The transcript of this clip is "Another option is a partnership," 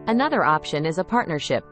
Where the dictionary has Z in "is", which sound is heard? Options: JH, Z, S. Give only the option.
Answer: Z